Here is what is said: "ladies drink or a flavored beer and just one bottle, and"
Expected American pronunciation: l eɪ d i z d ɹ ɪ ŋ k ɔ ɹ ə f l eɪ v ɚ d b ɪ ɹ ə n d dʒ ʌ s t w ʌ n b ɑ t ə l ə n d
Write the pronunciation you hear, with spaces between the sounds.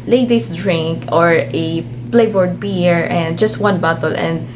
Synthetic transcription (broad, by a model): l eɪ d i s d ɹ ɪ ŋ k ɔ ɹ ə p l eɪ b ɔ d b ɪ ɹ ə n d dʒ ʌ s t w ʌ n b ɑ t ə l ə n d